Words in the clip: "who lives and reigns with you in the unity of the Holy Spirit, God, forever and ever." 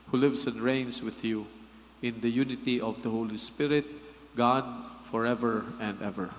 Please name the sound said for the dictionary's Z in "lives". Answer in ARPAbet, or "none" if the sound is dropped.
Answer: S